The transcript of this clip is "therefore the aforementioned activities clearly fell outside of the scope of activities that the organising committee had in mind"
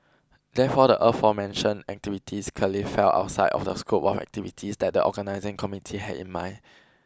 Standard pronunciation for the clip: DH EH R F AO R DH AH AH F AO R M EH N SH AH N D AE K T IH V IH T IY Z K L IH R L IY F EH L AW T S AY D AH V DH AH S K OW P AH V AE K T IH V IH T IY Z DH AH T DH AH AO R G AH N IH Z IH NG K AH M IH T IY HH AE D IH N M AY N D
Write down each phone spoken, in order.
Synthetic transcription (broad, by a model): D EH F AO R AH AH F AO M EH N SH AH N AE K T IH V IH T IY S K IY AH L IY F EH L AW T S AY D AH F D AH S K OW P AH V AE K T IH V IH T IY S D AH T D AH AO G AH N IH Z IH NG K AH M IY T IY HH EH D IH N M AY N